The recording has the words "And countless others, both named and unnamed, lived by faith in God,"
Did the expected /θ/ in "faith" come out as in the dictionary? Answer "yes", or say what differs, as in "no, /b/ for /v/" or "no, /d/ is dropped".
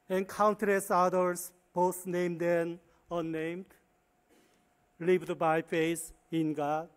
no, /s/ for /θ/